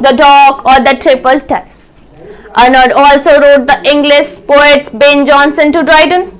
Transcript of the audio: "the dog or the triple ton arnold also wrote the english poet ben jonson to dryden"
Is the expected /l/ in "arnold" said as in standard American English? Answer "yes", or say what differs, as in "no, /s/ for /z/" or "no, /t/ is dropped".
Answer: no, /l/ is dropped